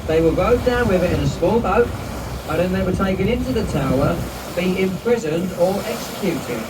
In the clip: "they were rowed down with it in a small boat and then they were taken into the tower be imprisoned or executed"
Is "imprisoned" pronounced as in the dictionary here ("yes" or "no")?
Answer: yes